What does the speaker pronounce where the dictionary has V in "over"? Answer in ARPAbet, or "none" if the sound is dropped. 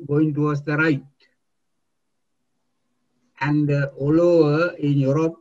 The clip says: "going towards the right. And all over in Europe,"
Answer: none